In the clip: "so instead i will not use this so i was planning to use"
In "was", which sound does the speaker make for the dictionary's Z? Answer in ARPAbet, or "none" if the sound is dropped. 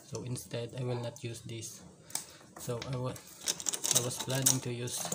S